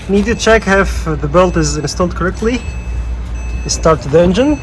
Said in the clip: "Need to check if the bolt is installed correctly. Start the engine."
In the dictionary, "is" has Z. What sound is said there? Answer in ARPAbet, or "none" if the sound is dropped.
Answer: Z